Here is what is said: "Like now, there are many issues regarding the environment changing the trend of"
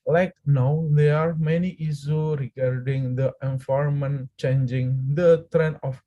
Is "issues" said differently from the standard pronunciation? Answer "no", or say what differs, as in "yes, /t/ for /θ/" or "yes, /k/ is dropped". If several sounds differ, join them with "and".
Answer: yes, /z/ is dropped